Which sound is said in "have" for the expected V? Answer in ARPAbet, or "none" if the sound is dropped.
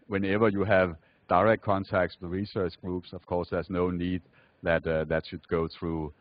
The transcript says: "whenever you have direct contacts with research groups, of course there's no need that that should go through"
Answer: V